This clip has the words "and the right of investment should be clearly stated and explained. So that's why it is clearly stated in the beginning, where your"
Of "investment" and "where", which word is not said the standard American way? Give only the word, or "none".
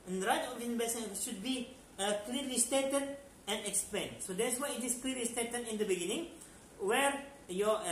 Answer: investment